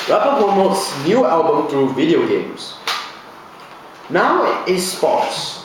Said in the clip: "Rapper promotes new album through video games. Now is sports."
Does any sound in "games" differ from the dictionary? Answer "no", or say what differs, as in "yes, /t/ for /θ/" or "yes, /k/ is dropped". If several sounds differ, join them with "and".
yes, /s/ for /z/